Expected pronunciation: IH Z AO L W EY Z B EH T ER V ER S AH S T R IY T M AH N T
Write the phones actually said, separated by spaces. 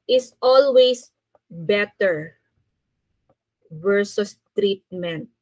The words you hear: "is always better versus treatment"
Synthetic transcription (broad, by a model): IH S AO L W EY S B EH T ER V ER S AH S T R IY T M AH N T